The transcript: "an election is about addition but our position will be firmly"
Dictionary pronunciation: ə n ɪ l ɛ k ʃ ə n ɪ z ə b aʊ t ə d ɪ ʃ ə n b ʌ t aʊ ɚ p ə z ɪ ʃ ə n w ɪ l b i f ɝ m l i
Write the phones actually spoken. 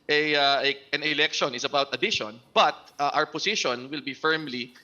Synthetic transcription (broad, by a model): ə n ɪ l ɛ k ʃ ə n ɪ s ə b aʊ t ə d ɪ ʃ ə n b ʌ t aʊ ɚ p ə s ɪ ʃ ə n w ɪ l b i f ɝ m l i